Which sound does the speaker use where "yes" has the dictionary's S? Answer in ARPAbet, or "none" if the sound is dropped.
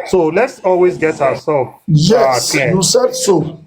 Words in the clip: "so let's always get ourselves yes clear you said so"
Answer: none